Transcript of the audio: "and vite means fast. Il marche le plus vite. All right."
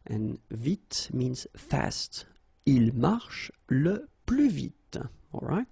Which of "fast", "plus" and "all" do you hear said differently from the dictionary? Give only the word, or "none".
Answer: plus